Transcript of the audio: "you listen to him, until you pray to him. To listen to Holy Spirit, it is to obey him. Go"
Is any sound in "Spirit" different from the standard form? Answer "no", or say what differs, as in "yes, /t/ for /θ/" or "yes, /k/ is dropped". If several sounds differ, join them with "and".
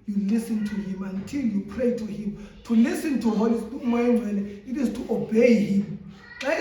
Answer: yes, /w/ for /ɹ/